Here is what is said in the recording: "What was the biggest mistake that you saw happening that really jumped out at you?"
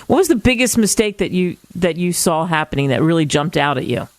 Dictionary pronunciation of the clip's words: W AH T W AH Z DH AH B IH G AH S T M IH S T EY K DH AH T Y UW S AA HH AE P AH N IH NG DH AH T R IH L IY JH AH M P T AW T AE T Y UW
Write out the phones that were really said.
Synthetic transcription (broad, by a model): W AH T W AH Z DH AH B IH G AH S T M IH S T EY K DH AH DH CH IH S AA HH AE P AH N IH NG DH AH T R IH L IY JH AH M P T AW T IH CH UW